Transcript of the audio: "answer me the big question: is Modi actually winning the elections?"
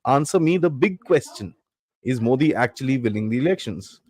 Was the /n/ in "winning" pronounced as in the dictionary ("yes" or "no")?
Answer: no